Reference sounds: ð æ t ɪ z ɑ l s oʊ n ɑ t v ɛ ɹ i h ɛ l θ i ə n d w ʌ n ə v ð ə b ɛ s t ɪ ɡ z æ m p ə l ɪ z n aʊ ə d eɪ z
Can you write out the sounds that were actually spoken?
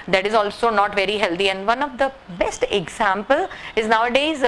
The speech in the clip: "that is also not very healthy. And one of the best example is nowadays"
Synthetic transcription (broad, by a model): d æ t ɪ z ɑ l s oʊ n ɑ t v ɛ ɹ i h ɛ l t i ə n d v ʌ n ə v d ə b ɛ s t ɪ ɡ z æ m p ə l ɪ z n aʊ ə d eɪ z